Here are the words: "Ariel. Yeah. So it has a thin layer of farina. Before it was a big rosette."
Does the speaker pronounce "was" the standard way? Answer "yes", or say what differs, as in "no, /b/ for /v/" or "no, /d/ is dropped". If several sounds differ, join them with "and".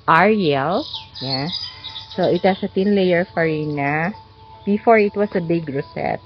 no, /s/ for /z/